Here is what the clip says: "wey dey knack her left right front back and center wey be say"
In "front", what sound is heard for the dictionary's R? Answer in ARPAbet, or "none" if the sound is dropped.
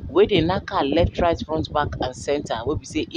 none